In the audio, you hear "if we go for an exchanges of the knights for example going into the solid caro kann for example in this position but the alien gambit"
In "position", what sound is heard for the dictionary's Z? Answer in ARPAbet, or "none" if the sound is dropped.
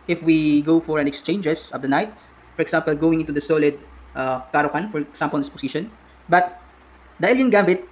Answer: S